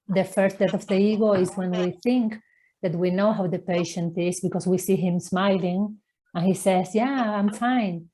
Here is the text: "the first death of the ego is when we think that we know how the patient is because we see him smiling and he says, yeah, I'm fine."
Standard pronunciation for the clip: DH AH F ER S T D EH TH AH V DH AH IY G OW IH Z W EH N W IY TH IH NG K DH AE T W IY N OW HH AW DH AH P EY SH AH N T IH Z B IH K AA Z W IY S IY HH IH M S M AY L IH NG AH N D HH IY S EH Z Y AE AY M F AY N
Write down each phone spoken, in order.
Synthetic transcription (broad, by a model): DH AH F ER S T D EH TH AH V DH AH IY G OW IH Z W EH N W IY TH IH NG K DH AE T W IY N OW HH AW DH AH P EY SH AH N T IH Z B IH K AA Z W IY S IY HH IH M S M AY L IH NG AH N HH IY S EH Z Y AE AY M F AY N